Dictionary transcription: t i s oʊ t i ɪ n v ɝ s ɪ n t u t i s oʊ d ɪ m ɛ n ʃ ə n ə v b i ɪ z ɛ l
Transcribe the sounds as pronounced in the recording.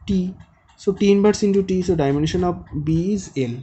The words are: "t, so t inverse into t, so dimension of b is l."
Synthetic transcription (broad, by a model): t i s oʊ t i n b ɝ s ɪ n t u t i s oʊ d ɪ m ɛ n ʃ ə n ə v b i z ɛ l